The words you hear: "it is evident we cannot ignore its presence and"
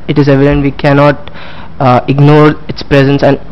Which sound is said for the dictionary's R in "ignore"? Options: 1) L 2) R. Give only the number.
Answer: 2